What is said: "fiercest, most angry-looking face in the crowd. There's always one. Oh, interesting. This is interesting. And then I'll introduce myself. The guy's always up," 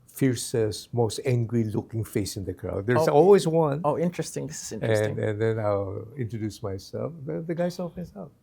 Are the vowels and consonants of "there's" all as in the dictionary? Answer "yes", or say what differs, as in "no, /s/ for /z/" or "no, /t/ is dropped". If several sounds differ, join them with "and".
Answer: no, /z/ is dropped